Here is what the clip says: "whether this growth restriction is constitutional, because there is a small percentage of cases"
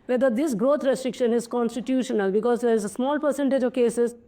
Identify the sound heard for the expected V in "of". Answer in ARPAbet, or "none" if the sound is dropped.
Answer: V